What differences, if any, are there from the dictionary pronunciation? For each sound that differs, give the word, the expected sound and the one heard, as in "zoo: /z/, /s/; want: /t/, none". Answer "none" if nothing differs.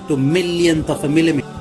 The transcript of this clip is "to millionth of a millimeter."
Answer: millionth: /θ/, /t/; of: /v/, /f/